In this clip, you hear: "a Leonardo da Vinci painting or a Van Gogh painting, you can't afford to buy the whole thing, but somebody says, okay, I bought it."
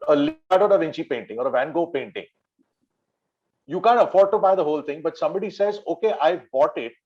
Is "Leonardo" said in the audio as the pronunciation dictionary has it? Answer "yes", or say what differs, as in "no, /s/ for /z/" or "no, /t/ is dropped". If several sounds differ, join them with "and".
no, /n/ is dropped